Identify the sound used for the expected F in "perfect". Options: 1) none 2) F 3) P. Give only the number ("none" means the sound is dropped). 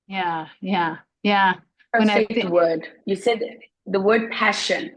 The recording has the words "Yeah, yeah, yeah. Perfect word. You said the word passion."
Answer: 1